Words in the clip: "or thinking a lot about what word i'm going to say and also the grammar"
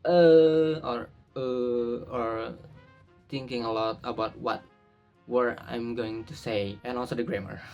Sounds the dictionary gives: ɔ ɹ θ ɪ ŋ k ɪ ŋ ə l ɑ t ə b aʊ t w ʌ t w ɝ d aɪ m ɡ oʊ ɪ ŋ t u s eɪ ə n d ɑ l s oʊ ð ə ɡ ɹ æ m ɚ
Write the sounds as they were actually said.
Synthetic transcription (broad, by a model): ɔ ɹ t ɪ ŋ k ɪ ŋ ə l ɑ t ə b aʊ t w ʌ t w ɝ aɪ m ɡ oʊ ɪ ŋ t u s eɪ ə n ɑ l s oʊ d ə ɡ ɹ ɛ m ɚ